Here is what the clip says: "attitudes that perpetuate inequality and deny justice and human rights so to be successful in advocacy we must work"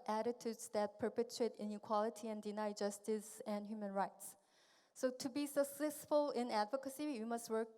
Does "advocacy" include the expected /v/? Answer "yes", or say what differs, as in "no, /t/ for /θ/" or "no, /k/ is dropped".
yes